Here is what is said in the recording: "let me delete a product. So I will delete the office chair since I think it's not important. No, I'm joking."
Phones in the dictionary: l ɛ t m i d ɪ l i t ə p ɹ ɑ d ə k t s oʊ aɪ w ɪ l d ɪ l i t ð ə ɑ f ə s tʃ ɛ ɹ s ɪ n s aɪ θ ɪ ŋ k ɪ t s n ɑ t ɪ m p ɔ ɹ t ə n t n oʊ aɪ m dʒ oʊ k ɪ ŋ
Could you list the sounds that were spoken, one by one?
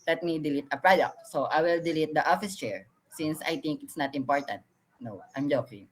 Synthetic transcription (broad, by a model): l ɛ t m i d ɪ l i t ə p ɹ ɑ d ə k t s oʊ aɪ w ɪ l d ɪ l i t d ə ɑ f ə s tʃ ɛ ɹ s ɪ n s aɪ t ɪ ŋ k ɪ t s n ɑ t ɪ m p ɔ ɹ t ə n t n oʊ aɪ m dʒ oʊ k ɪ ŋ